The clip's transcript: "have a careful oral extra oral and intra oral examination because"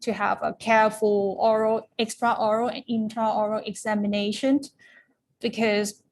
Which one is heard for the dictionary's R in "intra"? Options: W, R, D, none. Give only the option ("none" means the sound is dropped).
none